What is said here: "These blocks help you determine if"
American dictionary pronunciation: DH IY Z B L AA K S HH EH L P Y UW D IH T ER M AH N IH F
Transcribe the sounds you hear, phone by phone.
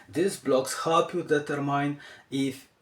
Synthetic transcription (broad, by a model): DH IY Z B L AA K S HH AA P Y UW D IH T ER M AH N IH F